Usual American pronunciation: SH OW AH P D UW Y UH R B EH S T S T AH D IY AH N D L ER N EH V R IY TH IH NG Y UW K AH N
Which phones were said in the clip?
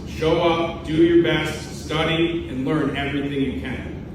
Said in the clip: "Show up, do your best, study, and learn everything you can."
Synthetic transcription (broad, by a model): SH OW AH P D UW Y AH R B EH S T S T AH D IY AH N L ER N EH V R IY TH IH NG Y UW K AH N